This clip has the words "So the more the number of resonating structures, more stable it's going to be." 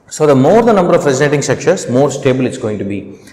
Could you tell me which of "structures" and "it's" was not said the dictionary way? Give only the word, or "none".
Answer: structures